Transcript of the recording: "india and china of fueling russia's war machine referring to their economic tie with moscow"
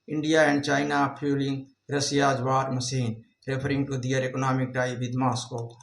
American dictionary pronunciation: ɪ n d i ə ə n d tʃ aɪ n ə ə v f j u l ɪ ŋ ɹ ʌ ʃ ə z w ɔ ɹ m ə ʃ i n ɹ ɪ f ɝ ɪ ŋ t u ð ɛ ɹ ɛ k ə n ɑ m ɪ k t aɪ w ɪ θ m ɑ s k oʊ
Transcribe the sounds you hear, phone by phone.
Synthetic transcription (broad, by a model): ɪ n d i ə ə n d tʃ aɪ n ə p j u l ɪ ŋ ɹ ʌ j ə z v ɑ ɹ m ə s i n ɹ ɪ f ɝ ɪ ŋ t u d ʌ ɹ ɛ k ə n ɑ m ɪ k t aɪ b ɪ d m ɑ s k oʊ